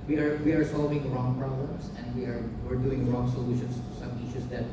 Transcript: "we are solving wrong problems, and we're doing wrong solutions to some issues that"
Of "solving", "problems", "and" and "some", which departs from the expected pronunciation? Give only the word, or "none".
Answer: problems